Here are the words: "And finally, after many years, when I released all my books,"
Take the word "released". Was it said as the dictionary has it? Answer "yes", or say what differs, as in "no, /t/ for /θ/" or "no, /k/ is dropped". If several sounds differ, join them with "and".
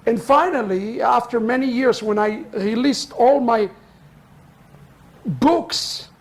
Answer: yes